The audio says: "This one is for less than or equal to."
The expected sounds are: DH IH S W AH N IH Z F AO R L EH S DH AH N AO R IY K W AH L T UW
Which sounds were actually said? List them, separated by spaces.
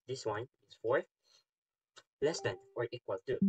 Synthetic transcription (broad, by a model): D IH S W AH N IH S F AO R L EH S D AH N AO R IY K W AH L T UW